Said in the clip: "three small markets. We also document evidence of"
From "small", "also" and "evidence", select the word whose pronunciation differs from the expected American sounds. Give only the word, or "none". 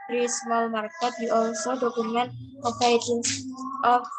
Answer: evidence